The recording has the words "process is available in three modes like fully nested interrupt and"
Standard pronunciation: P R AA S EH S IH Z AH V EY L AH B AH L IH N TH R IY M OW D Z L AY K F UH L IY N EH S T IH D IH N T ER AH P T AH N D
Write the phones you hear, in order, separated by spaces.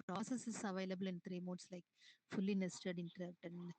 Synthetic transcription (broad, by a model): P R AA S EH S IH S AH V EY L AH B AH L IH N T R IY M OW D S L AY K F UH L IY N EH S T IH D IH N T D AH T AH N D